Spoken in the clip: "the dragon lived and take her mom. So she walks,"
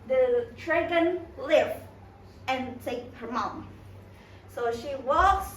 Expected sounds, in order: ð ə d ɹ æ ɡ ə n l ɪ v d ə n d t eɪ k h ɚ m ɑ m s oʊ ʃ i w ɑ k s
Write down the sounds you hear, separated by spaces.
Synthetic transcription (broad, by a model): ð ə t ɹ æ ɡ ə n l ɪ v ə n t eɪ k h ɚ m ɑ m s oʊ ʃ i w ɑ k s